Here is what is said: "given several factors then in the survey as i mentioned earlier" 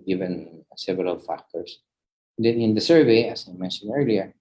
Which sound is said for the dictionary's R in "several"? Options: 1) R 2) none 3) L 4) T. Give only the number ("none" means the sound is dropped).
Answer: 2